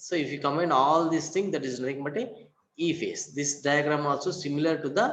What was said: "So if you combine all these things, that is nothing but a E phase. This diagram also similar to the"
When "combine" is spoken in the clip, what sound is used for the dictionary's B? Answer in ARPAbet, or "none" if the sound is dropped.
none